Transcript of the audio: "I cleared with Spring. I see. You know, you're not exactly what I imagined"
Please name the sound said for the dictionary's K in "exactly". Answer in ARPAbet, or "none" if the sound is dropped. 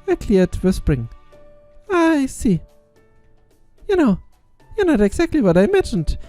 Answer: K